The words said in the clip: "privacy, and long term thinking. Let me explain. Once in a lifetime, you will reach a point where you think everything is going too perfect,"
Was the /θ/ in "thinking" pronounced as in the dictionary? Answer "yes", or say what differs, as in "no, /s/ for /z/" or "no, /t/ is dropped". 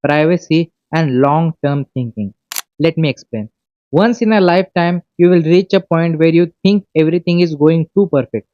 no, /t/ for /θ/